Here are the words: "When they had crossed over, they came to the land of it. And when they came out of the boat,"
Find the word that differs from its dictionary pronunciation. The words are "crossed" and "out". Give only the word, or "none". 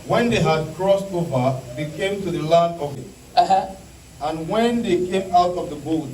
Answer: none